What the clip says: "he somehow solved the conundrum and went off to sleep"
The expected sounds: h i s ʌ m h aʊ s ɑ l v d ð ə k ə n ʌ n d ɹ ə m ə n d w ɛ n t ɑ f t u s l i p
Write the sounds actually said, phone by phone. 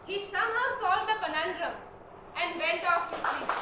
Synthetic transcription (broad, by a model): h i s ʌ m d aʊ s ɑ l d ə k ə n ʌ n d ɹ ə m ə n d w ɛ n t ɑ f t u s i